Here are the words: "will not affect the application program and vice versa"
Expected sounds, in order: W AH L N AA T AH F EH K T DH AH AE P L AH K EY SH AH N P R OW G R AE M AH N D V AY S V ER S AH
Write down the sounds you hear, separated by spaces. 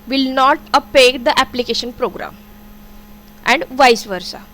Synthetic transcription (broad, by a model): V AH L N AA T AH P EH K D AH AE P L AH K EY SH AH N P R OW G R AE M AH N D V AY S V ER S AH